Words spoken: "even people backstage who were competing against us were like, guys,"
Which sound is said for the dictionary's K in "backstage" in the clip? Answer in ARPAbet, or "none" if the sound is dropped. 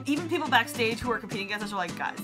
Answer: K